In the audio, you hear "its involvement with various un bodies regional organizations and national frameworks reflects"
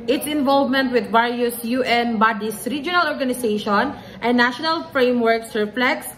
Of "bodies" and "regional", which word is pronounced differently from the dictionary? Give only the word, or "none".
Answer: bodies